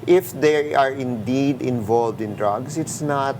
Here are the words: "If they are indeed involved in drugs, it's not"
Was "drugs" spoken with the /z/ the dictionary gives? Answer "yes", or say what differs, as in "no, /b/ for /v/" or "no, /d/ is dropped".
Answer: no, /s/ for /z/